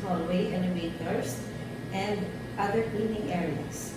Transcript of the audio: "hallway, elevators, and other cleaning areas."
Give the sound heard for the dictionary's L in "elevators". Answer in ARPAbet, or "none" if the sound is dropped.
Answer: N